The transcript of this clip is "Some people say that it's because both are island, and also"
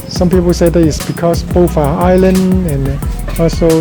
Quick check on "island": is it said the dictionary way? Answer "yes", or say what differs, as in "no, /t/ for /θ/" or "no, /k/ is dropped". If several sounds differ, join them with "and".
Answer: no, /d/ is dropped